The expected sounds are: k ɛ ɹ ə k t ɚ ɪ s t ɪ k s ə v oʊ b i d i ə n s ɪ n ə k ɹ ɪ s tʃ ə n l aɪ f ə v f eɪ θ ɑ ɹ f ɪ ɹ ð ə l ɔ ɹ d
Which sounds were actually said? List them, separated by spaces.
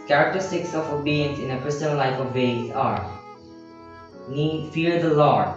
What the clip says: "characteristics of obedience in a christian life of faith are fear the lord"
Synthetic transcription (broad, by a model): k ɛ ɹ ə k t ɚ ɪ s t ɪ k s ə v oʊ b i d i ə n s ɪ n ə k ɹ ɪ s tʃ ə n l aɪ f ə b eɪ s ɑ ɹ f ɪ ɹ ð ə l ɔ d